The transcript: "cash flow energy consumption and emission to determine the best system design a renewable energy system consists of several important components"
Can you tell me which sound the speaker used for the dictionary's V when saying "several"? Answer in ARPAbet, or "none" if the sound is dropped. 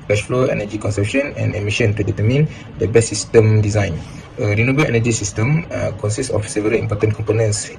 V